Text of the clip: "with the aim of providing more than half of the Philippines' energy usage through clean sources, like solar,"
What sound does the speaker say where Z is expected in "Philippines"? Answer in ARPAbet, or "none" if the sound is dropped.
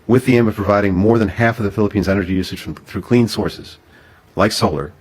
Z